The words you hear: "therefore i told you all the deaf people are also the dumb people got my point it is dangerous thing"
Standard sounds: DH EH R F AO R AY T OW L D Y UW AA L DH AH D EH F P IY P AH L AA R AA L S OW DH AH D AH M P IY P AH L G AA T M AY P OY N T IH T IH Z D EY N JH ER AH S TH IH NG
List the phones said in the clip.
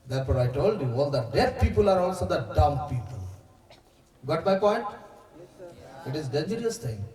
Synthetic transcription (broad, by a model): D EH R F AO R AY T OW L D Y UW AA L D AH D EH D P IY P AH L AA R AA L S OW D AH D AH M P IY P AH L G AA T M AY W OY T IH T IH Z D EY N JH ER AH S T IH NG